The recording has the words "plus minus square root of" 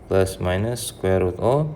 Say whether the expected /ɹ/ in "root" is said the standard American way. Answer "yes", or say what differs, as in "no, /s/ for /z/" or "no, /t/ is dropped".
no, /w/ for /ɹ/